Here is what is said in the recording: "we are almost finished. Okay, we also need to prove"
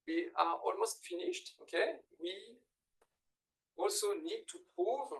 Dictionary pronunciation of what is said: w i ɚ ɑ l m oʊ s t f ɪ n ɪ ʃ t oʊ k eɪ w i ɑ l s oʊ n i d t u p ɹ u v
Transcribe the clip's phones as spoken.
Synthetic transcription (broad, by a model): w i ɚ ɑ l m oʊ s t f ɪ n ɪ ʃ t oʊ k eɪ w i ɑ l s oʊ n i d t u p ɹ u v